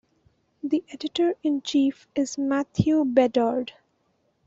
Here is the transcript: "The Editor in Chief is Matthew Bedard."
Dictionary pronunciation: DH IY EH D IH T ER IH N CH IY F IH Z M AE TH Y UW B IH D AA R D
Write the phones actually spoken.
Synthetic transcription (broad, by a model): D IY EH D IH T ER IH N CH IY F IH Z M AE T Y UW B IH D AA R D